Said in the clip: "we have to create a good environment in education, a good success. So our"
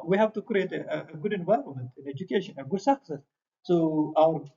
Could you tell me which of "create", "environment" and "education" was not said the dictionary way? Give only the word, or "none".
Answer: environment